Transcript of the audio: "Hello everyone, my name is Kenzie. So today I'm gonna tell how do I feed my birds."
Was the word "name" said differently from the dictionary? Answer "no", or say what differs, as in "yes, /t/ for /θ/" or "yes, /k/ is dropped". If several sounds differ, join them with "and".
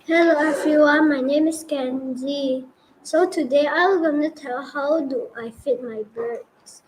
no